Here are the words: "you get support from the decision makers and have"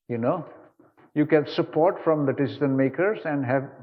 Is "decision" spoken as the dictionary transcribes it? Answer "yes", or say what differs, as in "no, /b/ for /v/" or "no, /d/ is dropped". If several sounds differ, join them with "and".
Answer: no, /z/ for /ʒ/